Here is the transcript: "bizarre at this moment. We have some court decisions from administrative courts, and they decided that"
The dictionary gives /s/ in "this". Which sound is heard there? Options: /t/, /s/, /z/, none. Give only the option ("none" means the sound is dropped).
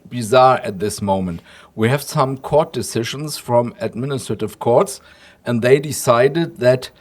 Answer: /s/